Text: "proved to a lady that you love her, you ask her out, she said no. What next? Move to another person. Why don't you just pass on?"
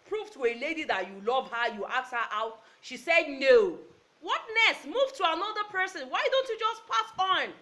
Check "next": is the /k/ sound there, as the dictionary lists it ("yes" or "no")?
no